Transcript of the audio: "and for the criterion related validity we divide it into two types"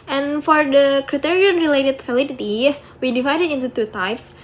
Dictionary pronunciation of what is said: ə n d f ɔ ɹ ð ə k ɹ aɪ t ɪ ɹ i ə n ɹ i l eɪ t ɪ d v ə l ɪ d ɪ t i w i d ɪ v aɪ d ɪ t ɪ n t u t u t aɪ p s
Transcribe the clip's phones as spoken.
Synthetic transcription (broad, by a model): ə n f ɔ ɹ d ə k ɹ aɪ t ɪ ɹ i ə n ɹ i l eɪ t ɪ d f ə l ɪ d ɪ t i w i d ɪ v aɪ d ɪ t ɪ n t u t u t aɪ p s